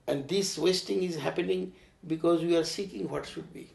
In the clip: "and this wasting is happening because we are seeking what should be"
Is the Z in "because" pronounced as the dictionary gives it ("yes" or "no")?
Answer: yes